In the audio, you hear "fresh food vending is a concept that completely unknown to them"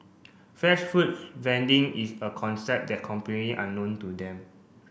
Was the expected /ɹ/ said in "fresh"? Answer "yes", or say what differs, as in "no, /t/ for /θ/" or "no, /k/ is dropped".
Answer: no, /ɹ/ is dropped